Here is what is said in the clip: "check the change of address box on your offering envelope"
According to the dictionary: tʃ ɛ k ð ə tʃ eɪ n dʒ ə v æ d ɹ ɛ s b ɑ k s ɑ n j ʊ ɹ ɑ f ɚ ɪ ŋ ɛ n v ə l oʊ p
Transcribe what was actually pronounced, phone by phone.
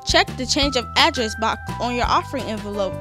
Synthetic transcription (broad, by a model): tʃ ɛ k ð ə tʃ eɪ n dʒ ə v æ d ɹ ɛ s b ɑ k ɑ n j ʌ ɹ ɑ f ɚ ɪ ŋ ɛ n v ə l oʊ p